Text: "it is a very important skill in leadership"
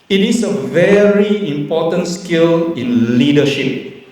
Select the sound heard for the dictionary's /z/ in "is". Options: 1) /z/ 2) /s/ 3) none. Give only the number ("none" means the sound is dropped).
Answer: 2